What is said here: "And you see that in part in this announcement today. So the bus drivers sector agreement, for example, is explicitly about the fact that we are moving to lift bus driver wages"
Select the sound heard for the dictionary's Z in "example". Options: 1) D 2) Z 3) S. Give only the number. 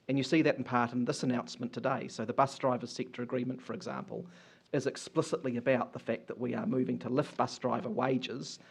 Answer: 2